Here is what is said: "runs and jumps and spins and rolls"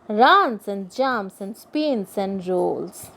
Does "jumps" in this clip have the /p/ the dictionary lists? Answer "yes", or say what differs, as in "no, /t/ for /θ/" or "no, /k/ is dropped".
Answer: no, /p/ is dropped